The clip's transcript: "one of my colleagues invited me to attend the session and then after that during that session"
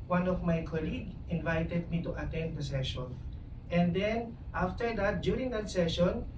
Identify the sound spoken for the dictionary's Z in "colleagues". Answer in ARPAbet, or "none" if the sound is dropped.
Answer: none